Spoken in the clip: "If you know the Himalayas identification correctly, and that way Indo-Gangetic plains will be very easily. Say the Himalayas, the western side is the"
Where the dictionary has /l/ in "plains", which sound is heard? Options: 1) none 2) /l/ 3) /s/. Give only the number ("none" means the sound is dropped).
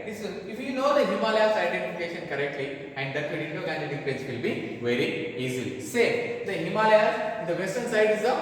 1